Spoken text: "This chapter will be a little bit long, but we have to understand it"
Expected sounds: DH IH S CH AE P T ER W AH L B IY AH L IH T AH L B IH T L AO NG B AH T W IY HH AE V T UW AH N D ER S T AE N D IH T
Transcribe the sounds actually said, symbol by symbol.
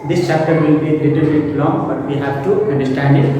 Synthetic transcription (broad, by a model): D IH S CH AE P T ER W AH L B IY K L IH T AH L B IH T L AO NG B AH T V IY HH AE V T UW AH N D ER S T AE N D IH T